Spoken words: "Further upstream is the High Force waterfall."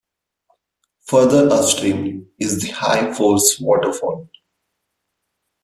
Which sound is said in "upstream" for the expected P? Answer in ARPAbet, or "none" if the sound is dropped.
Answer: none